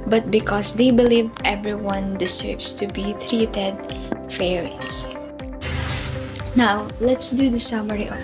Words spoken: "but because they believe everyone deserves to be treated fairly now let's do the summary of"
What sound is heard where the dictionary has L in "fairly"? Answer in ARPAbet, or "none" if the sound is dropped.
none